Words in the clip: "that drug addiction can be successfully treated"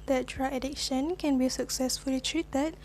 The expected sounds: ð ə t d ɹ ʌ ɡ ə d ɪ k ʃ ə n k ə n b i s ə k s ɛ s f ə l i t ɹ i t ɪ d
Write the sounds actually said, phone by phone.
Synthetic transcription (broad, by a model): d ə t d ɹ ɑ ə d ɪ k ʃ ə n k ə n b i s ə k s ɛ s f ə l i t ɹ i t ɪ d